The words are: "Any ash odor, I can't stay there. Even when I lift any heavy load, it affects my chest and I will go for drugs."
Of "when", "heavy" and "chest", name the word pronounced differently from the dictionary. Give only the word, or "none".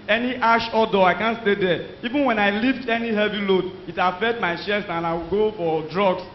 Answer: chest